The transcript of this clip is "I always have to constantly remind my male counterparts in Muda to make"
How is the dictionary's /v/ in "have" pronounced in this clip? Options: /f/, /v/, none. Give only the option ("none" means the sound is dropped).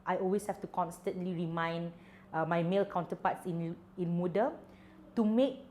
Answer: /f/